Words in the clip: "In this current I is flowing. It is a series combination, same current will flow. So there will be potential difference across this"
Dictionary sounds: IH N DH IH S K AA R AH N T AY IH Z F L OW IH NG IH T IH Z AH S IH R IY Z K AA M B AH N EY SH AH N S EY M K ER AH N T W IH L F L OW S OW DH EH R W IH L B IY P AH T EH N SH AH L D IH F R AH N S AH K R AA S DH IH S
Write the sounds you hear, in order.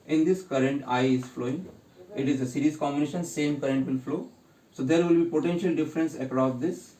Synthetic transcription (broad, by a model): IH N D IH S K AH R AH N T AY IH Z F L OW IH NG IH T IH Z AH S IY R IY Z K AA M B AH N EY SH AH N S EY M K ER AH N T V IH L F L OW S OW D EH R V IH L B IY P AH T EH N SH AH L D IH F R AH N S AH K R AA S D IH S